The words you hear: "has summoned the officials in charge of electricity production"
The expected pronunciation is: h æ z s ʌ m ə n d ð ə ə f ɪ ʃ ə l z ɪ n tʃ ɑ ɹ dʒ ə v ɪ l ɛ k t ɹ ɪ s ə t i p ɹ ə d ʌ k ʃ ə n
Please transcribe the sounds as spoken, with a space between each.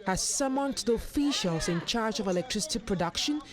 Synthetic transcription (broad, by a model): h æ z s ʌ m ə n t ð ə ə f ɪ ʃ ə l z ɪ n tʃ ɑ ɹ dʒ ə v ɪ l ɛ k t ɹ ɪ s ə t i p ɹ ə d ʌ k ʃ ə n